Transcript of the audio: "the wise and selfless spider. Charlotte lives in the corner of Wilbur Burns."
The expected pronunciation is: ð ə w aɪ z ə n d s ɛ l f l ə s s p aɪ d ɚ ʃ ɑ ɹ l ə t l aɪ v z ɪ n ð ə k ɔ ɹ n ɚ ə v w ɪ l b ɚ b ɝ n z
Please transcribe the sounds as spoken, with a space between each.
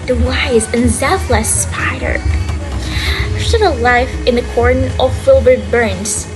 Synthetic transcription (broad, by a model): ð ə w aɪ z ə n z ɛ f l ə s s p aɪ d ɚ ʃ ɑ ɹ ə l aɪ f ɪ n ð ə k ɔ ɹ n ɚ ə v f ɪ l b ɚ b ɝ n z